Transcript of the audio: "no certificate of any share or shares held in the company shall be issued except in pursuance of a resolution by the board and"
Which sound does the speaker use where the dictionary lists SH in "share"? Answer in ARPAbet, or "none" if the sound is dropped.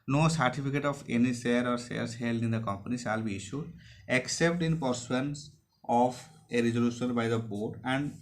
S